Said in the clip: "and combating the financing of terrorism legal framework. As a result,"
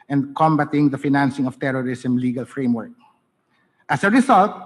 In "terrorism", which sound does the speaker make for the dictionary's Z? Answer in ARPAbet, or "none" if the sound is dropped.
S